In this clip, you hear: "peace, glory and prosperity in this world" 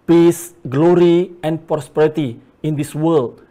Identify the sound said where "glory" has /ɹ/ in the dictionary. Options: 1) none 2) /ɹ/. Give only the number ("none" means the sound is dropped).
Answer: 2